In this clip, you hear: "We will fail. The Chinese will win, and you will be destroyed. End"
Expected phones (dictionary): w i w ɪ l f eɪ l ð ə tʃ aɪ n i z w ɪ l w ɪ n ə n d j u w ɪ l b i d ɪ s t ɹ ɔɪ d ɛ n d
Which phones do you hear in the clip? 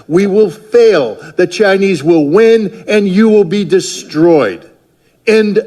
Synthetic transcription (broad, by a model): w i w ɪ l f eɪ l ð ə tʃ aɪ n i z w ɪ l w ɪ n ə n j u w ɪ l b i d ɪ s t ɹ ɔɪ d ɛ n